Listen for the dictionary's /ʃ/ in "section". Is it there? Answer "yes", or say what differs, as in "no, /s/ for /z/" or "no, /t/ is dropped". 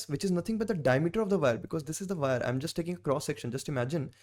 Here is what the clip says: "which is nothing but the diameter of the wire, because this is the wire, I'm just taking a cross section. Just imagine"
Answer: yes